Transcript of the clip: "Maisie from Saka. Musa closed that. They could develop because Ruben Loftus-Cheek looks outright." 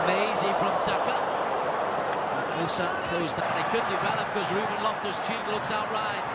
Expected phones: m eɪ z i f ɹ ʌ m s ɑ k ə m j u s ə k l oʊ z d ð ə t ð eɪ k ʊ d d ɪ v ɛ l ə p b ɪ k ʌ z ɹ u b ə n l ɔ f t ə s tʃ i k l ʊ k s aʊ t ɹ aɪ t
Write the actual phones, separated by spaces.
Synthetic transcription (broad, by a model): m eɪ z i f ɹ ʌ m s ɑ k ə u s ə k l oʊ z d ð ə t ð eɪ k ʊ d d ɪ b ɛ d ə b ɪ k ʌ z ɹ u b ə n l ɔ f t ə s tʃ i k l ʊ k s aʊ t ɹ aɪ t